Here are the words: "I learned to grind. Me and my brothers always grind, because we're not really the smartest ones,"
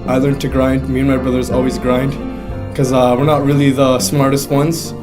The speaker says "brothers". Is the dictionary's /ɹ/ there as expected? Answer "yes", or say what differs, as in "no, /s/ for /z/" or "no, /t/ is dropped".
yes